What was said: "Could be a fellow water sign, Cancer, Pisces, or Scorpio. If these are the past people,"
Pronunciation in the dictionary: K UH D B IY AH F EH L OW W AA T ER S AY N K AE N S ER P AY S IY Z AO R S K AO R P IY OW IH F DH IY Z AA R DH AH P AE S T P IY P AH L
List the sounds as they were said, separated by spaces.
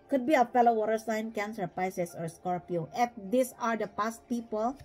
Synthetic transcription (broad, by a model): K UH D B IY AH F EH L OW W AA T ER S AY N K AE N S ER P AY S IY S AO R S K AO R P IY OW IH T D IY S AA R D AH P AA S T P IY P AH L